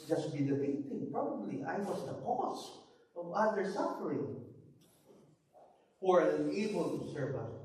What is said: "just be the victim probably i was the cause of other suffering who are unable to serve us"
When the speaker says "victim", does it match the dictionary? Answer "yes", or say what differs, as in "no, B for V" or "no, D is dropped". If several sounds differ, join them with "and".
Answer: no, B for V